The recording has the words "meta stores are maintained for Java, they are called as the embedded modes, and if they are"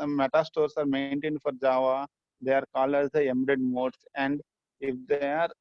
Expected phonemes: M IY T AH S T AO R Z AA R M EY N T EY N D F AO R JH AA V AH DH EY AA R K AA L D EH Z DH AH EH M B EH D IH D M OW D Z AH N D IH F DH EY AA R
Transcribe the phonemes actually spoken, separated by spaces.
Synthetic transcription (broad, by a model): M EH T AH S T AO R S AA R M EY N T EY N D F AO R JH AA V AH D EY AA R K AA L AH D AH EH M EH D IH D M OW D S AH N D IH F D EY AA R